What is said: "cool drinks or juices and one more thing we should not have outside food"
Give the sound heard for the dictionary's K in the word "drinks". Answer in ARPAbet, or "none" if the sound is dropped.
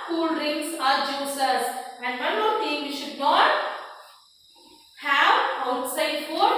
none